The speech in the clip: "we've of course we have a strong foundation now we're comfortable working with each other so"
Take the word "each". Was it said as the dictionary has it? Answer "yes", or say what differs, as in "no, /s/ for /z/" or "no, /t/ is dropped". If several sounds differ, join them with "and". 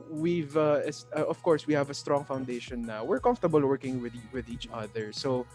yes